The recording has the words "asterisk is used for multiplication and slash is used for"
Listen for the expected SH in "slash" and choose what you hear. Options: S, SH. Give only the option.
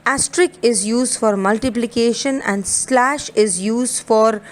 SH